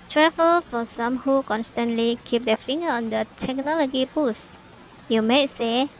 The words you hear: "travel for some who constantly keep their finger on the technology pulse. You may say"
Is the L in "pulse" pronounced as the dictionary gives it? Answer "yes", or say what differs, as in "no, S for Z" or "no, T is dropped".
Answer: no, L is dropped